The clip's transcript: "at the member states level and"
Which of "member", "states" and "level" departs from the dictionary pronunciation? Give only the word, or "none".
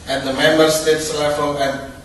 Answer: level